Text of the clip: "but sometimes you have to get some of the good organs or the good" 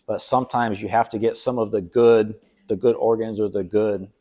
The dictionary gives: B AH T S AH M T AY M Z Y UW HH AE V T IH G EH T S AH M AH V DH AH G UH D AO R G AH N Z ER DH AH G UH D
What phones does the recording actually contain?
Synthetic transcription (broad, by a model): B AH T S AH M T AY M Z Y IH HH AE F T IH G EH T S AH M AH V DH AH G UH D AO R G AH N Z ER DH AH G UH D